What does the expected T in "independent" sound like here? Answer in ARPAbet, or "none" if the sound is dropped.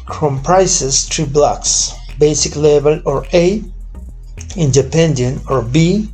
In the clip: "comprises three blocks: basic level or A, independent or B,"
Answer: none